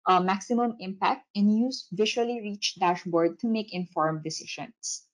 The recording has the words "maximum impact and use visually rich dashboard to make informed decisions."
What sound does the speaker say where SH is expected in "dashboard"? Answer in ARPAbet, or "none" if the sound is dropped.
SH